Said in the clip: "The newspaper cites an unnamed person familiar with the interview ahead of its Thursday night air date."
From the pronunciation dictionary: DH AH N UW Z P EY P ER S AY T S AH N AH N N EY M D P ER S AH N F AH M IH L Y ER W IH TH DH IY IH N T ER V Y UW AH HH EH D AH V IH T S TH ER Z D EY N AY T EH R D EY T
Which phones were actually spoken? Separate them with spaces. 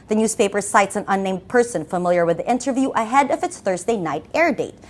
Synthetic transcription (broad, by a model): DH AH N UW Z P EY P ER S AY T S AH N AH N N EY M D P ER S AH N F AH M IH L Y ER W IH DH IY IH N T ER V Y UW AH HH EH D AH V IH T S TH ER Z D EY N AY T EH R D EY T